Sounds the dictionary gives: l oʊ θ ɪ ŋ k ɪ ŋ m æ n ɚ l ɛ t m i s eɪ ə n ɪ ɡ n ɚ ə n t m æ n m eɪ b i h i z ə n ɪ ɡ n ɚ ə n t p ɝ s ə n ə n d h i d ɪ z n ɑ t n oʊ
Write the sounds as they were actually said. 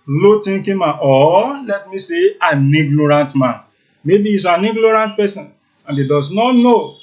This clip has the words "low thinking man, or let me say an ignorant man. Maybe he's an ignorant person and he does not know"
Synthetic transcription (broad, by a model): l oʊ t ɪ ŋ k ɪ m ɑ ɔ l ɛ t m i s eɪ ə n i ɡ n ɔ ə n t m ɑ n m eɪ b i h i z ə n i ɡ n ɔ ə n t p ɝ s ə n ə n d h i d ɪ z n ɑ t n oʊ